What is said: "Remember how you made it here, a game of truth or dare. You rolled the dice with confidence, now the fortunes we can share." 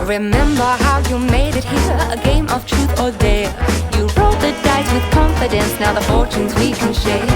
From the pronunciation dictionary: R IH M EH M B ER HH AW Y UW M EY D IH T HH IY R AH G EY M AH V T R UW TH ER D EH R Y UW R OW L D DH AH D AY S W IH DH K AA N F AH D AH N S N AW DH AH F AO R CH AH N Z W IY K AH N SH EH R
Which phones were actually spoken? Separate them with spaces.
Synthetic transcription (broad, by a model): R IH M EH M B ER HH AW Y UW M EY D IH T HH IY R AH G EY M AH V T R UW TH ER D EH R Y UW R OW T DH AH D AY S W IH DH K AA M F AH D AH N S N AW DH AH F AO R CH AH N Z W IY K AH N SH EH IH